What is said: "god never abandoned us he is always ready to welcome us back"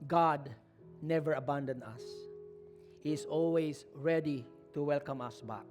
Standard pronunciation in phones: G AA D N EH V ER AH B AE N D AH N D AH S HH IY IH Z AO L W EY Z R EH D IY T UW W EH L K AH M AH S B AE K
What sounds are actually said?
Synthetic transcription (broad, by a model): G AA D N EH V ER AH B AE N D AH N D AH S HH IY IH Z AO L W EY S R EH D IY T UW W EH L K AH M AH S B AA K